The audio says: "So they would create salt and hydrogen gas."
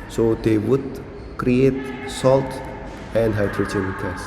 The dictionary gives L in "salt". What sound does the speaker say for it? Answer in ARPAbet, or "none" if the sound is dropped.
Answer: L